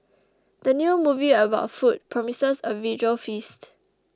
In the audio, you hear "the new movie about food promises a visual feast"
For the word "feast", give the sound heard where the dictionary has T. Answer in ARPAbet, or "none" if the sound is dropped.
T